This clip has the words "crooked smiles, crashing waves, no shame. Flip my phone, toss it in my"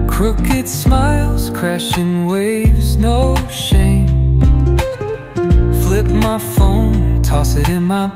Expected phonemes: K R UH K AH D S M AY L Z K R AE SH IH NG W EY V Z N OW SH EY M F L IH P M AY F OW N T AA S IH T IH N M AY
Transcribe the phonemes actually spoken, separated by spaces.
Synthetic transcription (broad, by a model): K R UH K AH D S M AY L Z K R AE SH IH NG W EY V Z N OW SH EY M F L IH P M AY F OW N T AA S IH T IH N M AY